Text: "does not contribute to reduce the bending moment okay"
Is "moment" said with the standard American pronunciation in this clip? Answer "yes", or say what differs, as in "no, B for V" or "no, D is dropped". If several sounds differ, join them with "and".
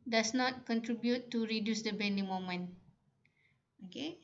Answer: no, T is dropped